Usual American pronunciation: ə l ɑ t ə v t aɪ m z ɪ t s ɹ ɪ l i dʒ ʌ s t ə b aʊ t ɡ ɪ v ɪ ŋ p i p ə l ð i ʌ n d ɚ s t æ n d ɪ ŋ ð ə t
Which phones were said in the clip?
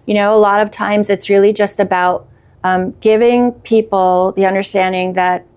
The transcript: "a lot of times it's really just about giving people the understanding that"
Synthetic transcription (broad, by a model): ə l ɑ t ə v t aɪ m z ɪ t s ɹ ɪ l i dʒ ʌ s t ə b aʊ t ɡ ɪ v ɪ ŋ p i p l ð i ʌ n d ɚ s t æ n d ɪ ŋ ð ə t